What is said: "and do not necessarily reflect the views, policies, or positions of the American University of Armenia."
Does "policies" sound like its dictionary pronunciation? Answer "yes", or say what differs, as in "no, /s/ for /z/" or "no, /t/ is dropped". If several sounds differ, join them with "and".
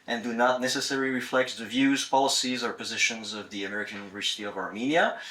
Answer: yes